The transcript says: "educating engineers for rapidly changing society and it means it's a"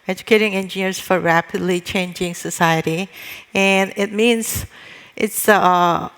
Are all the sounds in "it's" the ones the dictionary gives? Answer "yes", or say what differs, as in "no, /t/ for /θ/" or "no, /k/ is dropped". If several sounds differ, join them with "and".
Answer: yes